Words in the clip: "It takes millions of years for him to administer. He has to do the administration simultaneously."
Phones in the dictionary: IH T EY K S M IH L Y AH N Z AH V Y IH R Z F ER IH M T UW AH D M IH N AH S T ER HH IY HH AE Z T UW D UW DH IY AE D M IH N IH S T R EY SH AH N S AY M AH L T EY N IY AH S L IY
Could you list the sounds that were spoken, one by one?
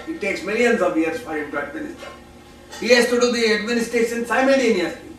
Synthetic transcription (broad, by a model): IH T EY K S M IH L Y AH N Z AH V Y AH R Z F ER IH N T UW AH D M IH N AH S T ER HH IY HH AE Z T UW D UW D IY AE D M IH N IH S T EY S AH N S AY M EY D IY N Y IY